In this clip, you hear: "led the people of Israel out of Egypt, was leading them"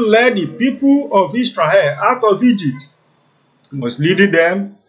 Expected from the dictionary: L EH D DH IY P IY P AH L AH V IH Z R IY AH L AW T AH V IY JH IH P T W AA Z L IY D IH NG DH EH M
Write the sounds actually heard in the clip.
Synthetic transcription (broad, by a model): L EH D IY P IY P AH L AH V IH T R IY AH AW T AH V IY JH IH P T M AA S L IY D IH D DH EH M